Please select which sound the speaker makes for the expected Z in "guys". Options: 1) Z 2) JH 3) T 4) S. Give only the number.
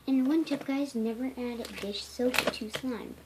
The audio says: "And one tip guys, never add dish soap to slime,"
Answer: 1